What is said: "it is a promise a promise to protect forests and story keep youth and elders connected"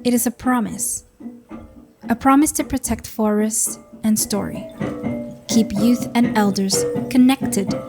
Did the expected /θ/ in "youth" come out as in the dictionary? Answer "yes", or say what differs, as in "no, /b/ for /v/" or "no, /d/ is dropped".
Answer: yes